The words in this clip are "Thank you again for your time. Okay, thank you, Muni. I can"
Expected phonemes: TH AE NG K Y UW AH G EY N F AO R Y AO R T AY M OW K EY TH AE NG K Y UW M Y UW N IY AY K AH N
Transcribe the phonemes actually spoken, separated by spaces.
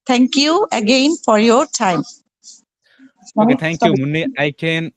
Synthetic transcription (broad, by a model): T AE NG K Y UW AH G EY N F AO R Y AO R T AY M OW EY T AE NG K Y UW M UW N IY AY K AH N